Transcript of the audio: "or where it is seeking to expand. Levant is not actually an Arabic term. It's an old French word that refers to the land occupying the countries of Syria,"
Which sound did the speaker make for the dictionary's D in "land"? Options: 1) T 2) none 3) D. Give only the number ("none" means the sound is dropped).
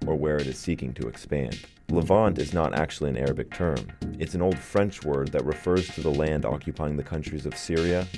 3